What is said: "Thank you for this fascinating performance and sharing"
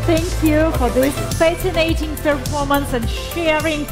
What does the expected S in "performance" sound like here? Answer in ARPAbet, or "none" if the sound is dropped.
S